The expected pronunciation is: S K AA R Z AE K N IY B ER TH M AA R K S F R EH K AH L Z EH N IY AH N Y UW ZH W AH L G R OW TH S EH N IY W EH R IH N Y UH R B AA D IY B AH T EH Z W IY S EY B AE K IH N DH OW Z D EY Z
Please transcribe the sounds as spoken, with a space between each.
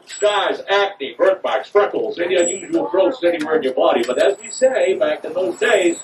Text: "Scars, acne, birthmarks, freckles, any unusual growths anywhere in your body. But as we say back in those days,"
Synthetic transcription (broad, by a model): S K AA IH Z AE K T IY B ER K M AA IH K S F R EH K L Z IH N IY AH Y UW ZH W L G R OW T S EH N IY W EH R IH N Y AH R B AA D IY B AH T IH Z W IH S EY B AE K IH N DH OW Z D EY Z